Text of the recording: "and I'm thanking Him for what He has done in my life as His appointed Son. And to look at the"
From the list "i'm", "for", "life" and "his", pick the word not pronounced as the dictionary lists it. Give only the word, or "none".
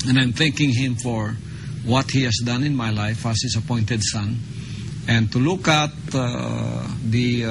his